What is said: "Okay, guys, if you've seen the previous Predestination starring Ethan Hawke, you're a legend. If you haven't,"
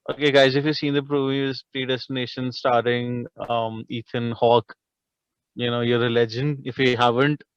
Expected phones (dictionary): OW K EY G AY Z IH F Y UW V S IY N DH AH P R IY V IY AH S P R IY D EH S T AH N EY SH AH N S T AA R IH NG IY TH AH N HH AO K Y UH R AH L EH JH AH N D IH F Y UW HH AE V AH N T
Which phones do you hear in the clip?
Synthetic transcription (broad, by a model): OW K EY G AY Z IH F Y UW S IY N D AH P R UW B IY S P R IY D EH S T AH N EY SH AH N S T AA R IH NG IY T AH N HH AO K Y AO R AH L EH JH AH N D IH F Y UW HH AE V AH N T